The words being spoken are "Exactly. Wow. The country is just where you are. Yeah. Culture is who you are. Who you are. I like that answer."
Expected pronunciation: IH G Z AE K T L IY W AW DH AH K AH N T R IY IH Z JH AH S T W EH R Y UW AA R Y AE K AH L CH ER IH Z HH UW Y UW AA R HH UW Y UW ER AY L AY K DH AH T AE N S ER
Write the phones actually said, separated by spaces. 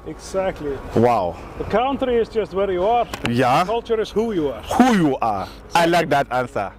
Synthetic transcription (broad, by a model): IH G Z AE K T L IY W AW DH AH K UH N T R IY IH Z JH AH S T W EH R Y UW AA R Y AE K AH L CH ER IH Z HH UW Y UW AA R HH UW Y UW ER AY L AY K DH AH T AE N S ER